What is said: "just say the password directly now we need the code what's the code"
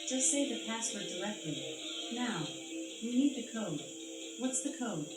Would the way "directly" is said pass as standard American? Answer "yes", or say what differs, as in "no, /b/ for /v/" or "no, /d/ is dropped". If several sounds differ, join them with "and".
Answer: no, /l/ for /ɹ/